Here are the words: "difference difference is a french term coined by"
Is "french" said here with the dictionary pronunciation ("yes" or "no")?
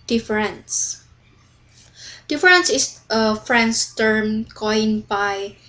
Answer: no